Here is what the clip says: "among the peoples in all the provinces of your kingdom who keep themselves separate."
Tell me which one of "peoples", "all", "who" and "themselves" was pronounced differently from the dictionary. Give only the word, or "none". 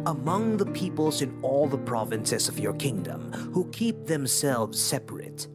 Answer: none